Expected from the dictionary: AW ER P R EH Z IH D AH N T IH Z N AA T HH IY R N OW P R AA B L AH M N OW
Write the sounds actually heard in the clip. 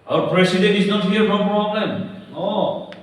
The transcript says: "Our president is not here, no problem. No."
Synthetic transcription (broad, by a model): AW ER P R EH S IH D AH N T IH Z N AA T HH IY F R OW P R AA B L AH M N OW